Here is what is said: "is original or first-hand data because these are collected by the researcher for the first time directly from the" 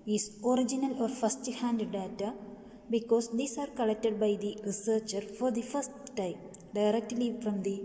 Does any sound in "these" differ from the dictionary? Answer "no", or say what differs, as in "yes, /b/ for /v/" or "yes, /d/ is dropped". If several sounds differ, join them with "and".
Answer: yes, /s/ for /z/